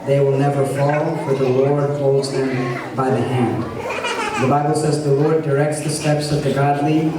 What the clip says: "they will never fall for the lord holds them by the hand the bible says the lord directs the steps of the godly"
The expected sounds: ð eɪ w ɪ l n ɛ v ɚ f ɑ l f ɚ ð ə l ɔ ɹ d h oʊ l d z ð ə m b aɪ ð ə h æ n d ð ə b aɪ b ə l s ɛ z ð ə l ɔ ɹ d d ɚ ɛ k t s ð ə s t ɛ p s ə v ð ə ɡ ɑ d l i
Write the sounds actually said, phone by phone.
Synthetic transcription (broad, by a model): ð eɪ w ɪ l n ɛ v ɚ f ɑ l f ɚ ð ə l ɔ ɹ d h oʊ l d z ð ə m b aɪ ð ə h æ n d ð ə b aɪ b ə l s ɛ z ð ə l ɔ ɹ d d ɚ ɛ k t s ð ə s t ɛ p s ə v ð ə ɡ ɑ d l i